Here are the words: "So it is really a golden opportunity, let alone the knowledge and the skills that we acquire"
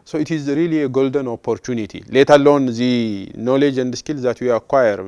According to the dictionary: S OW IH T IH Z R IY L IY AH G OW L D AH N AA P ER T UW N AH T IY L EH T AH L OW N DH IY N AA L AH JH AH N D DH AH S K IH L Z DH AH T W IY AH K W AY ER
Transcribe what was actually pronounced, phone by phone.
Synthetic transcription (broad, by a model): S OW IH T IH Z R IY L IY AH G OW L D AH N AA P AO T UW N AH T IY L EH T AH L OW N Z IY N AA L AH JH AH N D S K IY L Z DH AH T W IY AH K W AY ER